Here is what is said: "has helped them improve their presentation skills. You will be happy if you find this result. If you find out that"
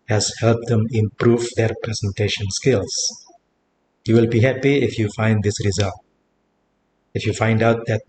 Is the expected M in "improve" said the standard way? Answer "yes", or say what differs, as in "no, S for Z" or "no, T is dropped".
yes